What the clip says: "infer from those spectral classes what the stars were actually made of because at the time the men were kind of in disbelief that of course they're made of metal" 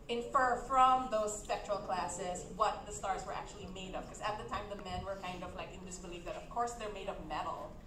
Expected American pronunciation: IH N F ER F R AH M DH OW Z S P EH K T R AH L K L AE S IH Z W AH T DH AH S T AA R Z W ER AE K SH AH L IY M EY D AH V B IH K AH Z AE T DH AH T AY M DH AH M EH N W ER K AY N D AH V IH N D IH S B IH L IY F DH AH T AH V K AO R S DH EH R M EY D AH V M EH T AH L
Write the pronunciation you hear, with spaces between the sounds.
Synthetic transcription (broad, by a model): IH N F ER F R AH M DH OW Z S P EH K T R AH L K L AE S IH Z W AH T DH AH S T AA R Z W ER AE K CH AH L IY M EY D AH V K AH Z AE T DH AH T AY M DH AH M EH N W ER K AY N D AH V IH N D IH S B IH L IY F DH AH T AH V K AO R S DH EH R M EY D AH V M EH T L